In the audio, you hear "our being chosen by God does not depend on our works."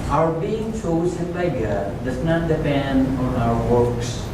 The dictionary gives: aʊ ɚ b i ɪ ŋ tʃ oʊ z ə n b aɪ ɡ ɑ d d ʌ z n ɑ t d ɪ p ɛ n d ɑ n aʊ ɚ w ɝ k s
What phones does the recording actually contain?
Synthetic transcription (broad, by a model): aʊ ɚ b i ɪ ŋ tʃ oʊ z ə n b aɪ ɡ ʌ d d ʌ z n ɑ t d ɪ p ɛ n d ɑ n aʊ ɚ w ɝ k s